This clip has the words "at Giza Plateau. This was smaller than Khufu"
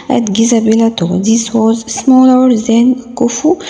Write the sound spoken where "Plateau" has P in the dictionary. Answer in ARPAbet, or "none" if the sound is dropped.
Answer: B